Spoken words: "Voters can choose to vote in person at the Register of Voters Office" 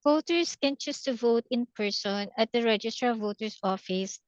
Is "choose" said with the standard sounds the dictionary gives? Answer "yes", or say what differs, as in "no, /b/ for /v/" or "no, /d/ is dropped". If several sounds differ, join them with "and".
no, /s/ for /z/